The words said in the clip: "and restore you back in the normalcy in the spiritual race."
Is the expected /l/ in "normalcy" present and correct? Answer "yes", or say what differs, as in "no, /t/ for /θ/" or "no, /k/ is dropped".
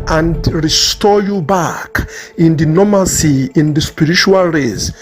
no, /l/ is dropped